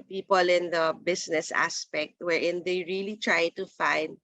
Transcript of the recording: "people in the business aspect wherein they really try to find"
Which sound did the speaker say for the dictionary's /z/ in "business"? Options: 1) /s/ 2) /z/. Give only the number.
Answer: 1